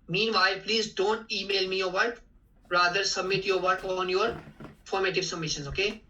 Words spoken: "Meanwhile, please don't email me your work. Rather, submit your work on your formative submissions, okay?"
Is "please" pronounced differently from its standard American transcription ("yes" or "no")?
no